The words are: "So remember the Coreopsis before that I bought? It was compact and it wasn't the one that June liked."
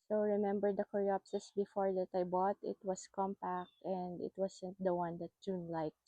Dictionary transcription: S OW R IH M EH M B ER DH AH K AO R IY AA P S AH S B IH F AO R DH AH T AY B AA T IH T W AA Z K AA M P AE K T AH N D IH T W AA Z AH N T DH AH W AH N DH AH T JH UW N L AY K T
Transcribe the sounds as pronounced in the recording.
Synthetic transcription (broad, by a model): S OW R IH M EH M B ER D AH K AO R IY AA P S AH S B IH F AO R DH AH T AY B AA T IH T W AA S K AA M P AE K T AH N D IH T W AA S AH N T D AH W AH N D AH T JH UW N L AY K